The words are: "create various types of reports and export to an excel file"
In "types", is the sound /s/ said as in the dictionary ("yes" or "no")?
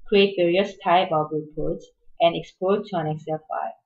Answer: no